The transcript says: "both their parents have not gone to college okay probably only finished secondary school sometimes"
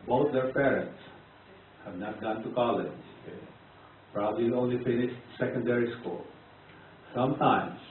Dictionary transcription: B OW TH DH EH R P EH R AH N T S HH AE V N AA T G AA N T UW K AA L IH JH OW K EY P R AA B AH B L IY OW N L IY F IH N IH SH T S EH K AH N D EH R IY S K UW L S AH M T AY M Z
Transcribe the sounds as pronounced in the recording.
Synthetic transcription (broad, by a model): B OW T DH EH R P EH R AH N T S HH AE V N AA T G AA N T UW K AA L IH JH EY P R AA B AH B L IY OW N L IY F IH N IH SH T S EH K AH N D EH R IY S K UW L S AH M T AY M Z